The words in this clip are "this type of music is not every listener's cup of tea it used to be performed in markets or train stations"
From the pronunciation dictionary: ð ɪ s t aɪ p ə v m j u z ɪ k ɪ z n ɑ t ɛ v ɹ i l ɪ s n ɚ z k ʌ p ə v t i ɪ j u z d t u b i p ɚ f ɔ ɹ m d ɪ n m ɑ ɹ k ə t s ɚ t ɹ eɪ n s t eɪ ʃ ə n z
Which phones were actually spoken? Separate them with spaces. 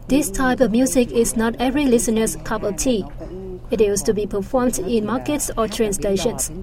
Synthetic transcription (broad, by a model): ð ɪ s t aɪ p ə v m j u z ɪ k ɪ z n ɑ t ɛ v ɹ i l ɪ s n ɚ s k ʌ p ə t i ɪ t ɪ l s t u b i p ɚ f ɔ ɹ m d ɪ n m ɑ k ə t s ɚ t ɹ eɪ n s t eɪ ʃ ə n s